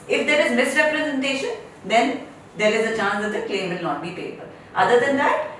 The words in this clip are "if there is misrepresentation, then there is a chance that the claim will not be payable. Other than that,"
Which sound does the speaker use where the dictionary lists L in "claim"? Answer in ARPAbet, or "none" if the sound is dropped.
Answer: none